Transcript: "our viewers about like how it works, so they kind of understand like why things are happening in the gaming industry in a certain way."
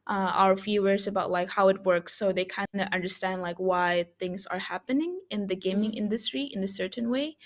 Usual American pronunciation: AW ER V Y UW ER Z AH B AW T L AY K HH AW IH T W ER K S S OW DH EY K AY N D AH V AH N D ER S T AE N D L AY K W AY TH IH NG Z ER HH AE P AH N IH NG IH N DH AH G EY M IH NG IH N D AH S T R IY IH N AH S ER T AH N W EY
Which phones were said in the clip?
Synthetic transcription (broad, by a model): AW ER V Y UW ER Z AH B AW T L AY K HH AW IH T W ER K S S OW DH EY K AY N D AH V AH N D ER S T AE N D L AY K W AY TH IH NG Z ER HH AE P AH N IH NG IH N DH AH G EY M IH NG IH N D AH S T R IY IH N AH S ER T N W EY